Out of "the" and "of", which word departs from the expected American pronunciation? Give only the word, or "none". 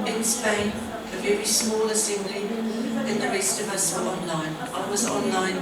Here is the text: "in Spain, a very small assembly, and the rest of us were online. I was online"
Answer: none